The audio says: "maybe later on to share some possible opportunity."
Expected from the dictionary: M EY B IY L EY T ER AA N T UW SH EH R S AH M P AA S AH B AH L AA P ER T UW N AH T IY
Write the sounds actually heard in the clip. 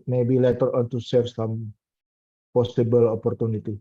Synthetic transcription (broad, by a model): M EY B IY L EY T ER AA N T UW S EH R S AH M P AA S AH B AH L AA P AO T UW N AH T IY